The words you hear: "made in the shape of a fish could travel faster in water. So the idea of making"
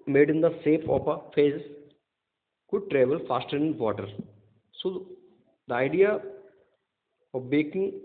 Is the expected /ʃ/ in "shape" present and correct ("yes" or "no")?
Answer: no